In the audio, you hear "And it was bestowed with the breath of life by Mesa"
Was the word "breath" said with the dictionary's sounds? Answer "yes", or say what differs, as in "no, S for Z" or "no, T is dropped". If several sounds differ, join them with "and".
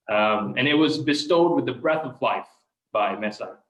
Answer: yes